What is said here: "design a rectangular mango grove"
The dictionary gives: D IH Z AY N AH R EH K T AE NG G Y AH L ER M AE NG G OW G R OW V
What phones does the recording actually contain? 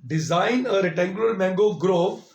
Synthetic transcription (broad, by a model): D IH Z AY N AH R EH T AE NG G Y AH L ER M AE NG G OW G R OW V